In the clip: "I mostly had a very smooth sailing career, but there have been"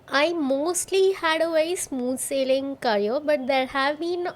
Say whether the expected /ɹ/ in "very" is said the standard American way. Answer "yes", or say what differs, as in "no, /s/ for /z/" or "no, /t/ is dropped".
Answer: no, /ɹ/ is dropped